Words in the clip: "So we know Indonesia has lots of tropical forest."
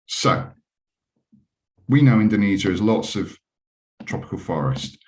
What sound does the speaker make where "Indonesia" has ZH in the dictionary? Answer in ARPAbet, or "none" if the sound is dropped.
Z